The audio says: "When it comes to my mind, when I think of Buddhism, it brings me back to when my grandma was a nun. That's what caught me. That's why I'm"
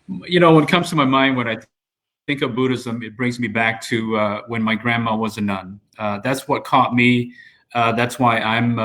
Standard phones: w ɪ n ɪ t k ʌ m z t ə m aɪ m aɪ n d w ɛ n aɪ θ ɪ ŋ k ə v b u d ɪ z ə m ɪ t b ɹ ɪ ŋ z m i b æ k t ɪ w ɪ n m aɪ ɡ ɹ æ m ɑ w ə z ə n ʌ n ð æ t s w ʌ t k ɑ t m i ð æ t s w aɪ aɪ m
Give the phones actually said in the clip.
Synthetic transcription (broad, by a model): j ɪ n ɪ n k ʌ m z t ə m aɪ m aɪ n d w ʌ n aɪ θ ɪ ŋ k ə v b u d ɪ z ə m ɪ t b ɹ ɪ ŋ z m i b æ k t ɪ w ɪ n m aɪ ɡ ɹ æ m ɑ w ə z ə n ʌ n ð æ t s w ʌ t k ɑ t m i ð æ t s w aɪ aɪ m